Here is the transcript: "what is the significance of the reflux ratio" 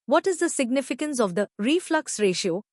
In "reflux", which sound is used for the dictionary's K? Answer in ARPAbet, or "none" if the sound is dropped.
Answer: K